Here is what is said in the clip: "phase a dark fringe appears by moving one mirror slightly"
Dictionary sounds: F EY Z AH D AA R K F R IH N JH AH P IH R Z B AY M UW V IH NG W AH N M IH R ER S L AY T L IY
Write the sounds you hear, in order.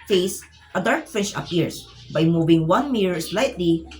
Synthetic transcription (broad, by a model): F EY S AH D AA R K F IH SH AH P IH R S B AY M UW V IH NG W AH N M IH R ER S L AY T L IY